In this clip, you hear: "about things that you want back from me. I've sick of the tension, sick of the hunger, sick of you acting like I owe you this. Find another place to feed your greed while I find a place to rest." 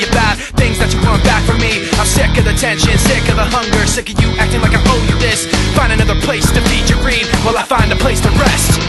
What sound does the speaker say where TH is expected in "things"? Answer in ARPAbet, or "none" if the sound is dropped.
TH